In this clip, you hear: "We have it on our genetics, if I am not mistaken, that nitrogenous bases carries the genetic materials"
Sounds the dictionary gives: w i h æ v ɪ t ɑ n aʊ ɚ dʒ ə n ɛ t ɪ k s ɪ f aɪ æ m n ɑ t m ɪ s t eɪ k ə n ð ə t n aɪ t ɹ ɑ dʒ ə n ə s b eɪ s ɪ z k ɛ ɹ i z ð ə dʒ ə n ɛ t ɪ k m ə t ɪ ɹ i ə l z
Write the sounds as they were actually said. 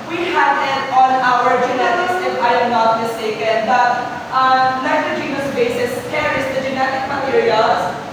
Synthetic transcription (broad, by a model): w i h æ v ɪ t ɑ n aʊ ɚ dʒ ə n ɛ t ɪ s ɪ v aɪ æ m n ɑ t m ɪ s t eɪ k ə n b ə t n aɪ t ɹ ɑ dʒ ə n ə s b eɪ s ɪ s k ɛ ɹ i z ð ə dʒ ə n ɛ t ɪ k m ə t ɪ ɹ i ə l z